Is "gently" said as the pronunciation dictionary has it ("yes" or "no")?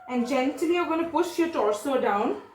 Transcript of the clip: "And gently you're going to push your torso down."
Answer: no